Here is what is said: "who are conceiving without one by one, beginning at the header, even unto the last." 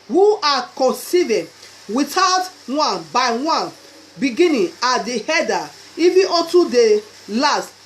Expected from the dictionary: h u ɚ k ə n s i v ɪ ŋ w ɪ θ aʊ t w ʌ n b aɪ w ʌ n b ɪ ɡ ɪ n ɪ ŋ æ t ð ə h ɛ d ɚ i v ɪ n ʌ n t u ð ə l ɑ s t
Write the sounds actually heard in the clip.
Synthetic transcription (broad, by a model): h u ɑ k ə n s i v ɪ w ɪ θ aʊ t w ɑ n b aɪ w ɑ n b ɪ ɡ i n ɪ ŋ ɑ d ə h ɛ d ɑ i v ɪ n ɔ t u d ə l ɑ s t